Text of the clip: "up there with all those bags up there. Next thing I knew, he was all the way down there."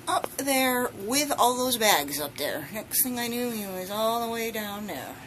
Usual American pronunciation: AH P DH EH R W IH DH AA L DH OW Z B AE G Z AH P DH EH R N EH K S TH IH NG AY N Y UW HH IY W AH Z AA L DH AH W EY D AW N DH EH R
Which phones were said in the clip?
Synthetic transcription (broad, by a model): AH P DH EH R W IH DH AA L DH OW Z B AE G Z AH P DH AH R N EH K S TH IH NG AY N Y UW HH IY W AH Z AA L DH AH W EY D AW N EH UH